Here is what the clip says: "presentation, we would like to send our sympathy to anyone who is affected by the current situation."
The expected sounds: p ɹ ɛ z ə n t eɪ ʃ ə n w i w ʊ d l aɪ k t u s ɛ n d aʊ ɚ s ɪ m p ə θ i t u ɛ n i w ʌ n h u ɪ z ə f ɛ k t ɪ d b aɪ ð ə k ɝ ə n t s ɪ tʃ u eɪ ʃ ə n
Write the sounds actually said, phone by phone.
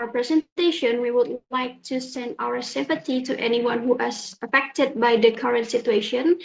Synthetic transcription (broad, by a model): p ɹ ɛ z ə n t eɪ ʃ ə n w i w ʊ d l aɪ k t u s ɛ n d aʊ ɚ s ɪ m p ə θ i t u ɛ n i w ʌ n h u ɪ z ə f ɛ k t ɪ d b aɪ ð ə k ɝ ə n t s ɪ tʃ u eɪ ʃ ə n